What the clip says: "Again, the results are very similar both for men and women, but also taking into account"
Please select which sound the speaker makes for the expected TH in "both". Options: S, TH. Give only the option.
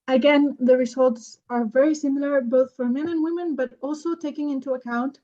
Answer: TH